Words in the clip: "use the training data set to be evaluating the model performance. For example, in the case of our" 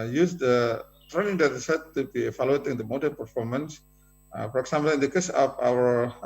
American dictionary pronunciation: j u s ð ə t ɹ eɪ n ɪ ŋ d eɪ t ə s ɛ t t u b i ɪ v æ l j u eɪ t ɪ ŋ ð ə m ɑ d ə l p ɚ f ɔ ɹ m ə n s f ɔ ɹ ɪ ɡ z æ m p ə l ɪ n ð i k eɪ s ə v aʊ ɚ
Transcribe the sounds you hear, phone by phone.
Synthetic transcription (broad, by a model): j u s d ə t ɹ eɪ n ɪ ŋ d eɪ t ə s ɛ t t u b i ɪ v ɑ l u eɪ t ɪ ŋ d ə m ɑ d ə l p ɚ f ɔ ɹ m ə n s f ɔ ɹ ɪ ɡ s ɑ m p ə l ɪ n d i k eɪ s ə p aʊ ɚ